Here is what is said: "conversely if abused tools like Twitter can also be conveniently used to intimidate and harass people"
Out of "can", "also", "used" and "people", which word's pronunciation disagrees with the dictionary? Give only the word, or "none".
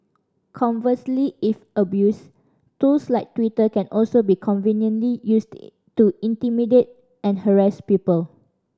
used